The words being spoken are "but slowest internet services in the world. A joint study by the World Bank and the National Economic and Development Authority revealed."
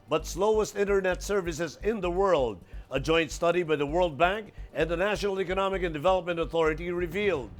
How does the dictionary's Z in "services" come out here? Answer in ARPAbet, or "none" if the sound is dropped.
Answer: Z